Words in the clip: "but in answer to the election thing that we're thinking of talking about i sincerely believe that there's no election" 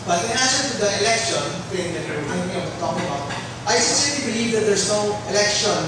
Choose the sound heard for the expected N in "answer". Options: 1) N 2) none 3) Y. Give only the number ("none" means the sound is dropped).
2